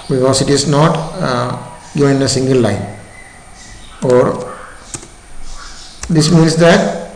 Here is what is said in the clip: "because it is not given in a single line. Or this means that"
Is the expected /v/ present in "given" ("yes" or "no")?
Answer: no